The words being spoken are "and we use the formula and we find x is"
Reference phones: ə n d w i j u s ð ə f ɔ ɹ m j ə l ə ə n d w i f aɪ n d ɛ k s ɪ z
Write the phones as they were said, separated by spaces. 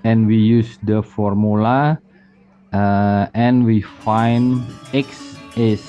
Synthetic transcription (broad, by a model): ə n w i j u s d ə f ɔ ɹ m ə l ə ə n w i f aɪ n ɛ k s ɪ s